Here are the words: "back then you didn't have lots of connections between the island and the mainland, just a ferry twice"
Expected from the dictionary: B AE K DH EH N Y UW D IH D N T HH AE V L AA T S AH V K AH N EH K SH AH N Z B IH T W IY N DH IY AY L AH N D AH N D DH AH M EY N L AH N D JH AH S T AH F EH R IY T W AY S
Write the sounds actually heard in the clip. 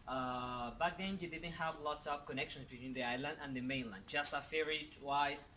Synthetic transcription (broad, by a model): B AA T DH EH N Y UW D IH D N T HH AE V L AA T S AH V K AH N EH K SH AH N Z B IH T W IY N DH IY AY L AH N D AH N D DH AH M EY N L AH N D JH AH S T AH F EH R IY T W AY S